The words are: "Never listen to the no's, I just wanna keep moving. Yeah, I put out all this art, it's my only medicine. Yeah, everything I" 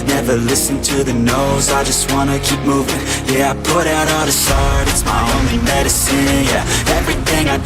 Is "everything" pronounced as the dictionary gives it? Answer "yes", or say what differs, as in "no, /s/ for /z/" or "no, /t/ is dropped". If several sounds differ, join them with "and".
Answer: yes